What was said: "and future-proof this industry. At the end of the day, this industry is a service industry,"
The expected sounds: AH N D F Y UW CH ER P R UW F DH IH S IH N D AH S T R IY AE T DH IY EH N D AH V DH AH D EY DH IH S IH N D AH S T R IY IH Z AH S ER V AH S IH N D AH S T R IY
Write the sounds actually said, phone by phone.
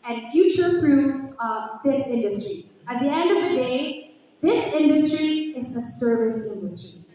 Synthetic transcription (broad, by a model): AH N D F Y UW CH ER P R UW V DH IH S IH N D AH S T R IY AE T DH IY EH N D AH V DH AH D EY DH IH S IH N D AH S T R IY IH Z AH S ER V AH S IH N D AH S T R IY